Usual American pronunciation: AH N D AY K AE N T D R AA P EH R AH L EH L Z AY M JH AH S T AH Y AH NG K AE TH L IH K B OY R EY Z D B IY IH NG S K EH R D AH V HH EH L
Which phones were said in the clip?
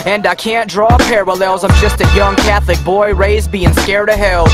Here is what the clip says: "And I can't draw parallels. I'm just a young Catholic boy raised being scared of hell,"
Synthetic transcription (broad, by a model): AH N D AY K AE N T D R AA P EH R AH L EH L Z AY M JH AH S T AH Y AH NG K AE TH L IH K B OY R EY Z B IY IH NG S K EH R D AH HH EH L